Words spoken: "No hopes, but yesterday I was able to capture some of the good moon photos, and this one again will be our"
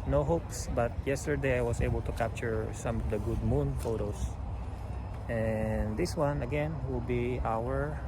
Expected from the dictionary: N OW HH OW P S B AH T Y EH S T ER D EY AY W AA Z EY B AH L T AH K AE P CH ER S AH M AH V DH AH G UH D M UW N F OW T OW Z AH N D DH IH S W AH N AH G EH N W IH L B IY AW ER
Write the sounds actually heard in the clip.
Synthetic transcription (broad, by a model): N OW HH OW P S B AH T Y EH S T ER D EY AY W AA S EY B AH L T AH K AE P CH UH S AH M AH V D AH G UH D M UW N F OW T OW S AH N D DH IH S W AH N AH G EH N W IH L B IY AW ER